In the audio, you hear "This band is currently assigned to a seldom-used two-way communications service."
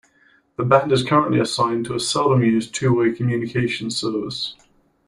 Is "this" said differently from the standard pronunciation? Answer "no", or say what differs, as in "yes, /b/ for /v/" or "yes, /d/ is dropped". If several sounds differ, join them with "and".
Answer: yes, /s/ is dropped